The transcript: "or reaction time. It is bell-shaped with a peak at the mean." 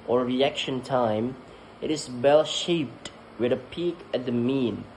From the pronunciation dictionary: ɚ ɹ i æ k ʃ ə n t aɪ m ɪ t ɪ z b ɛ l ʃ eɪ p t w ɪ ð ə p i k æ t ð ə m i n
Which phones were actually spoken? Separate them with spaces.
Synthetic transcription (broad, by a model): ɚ ɹ i æ k ʃ ə n t aɪ m ɪ t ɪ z b ɛ l ʃ eɪ p t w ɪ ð ə p i k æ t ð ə m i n